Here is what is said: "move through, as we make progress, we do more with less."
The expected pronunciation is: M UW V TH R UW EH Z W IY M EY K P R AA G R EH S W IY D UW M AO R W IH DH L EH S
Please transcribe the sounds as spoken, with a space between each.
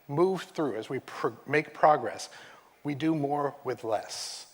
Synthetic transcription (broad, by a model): M UW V TH R UW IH Z W IY M EY K P R AA G R EH S W IY D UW M AO R W IH DH L EH S